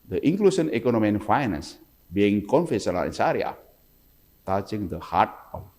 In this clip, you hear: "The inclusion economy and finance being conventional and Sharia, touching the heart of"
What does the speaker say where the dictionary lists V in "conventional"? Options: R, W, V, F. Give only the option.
F